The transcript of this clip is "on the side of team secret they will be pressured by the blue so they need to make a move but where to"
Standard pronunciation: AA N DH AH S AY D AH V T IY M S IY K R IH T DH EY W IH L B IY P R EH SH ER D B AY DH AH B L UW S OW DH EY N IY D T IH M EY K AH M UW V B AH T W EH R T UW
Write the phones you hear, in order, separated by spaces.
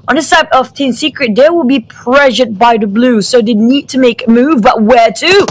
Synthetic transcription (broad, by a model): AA N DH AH S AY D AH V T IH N S IY K R IH T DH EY W IH L B IY P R EH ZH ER D B AY DH AH B L UW S OW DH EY N IY D T IH M EY K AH M UW V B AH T W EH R T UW